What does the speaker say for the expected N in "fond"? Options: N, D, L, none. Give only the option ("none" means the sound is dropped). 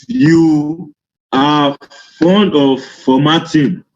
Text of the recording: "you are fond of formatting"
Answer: N